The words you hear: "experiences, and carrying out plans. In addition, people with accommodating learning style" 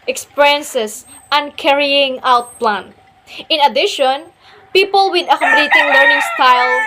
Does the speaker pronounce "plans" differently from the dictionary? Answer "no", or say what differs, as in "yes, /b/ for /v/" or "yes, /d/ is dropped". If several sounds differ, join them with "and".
yes, /z/ is dropped